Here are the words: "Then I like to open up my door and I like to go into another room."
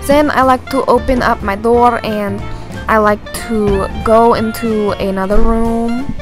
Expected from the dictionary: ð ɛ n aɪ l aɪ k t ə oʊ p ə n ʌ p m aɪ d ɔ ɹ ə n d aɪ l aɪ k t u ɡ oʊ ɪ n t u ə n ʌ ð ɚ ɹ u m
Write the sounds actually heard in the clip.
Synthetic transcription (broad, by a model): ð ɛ n aɪ l aɪ k t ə oʊ p ə n ʌ p m aɪ d ɔ ɹ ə n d aɪ l aɪ k t u ɡ oʊ ɪ n t u ə n ʌ ð ɚ ɹ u m